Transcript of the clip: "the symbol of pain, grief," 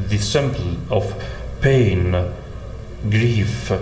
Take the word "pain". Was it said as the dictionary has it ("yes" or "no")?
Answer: yes